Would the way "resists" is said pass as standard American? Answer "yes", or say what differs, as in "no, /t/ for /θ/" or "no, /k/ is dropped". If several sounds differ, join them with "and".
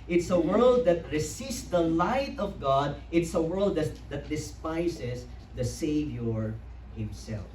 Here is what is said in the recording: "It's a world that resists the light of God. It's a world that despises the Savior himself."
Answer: no, /s/ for /z/